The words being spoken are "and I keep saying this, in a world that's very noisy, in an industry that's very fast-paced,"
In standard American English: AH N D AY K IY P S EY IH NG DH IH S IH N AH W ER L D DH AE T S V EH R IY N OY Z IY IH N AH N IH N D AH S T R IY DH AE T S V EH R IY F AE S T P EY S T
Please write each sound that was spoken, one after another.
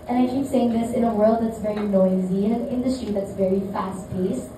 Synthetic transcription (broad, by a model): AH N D AY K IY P S EY IH NG DH IH S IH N AH W ER L D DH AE T S V EH R IY N OY Z IY IH N AH N IH N D AH S T R IY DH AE T S V EH R IY F AE S T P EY S